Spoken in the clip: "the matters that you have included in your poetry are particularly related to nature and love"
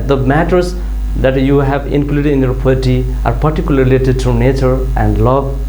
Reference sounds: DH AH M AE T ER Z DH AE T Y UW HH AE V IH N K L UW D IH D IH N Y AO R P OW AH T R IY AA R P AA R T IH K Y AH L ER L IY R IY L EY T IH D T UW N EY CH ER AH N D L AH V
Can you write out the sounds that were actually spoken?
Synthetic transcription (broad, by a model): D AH M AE T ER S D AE T Y UW HH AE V IH N K L UW D IH D IH N Y AO R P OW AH T IY AA R P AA R T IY K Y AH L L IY R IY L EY T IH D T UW N EY CH ER AH N D L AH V